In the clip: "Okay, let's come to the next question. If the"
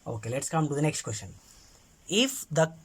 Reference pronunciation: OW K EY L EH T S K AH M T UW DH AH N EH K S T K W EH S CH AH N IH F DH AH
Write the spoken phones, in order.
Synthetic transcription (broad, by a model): OW K EY L EH T S K AH M T UW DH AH N EH K S T K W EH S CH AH N IH F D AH